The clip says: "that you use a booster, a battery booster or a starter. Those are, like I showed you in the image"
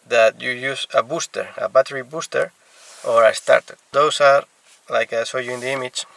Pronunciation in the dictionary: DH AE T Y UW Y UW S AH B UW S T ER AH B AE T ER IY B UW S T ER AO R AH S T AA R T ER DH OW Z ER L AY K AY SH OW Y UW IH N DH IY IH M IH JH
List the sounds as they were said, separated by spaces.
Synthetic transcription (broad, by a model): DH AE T Y UW Y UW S AH B UW S T ER AH B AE T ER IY B UW S T ER AO R AH S T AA R T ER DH OW S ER L AY K AY S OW Y UW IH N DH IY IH M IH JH